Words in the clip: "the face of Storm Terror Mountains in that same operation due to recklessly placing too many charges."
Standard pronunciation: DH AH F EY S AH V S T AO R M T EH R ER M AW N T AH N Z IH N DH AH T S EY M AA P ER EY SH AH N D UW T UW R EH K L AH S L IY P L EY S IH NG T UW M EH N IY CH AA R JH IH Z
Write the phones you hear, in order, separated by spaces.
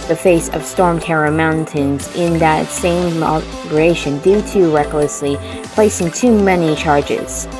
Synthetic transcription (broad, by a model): DH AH F EY S AH V S T AO R M T EH R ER M AW N T AH N Z IH N DH AH T S EY M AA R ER EY SH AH N D UW T UW R EH K L AH S L IY P L EY S IH NG T UW M EH N IY CH AA R JH IH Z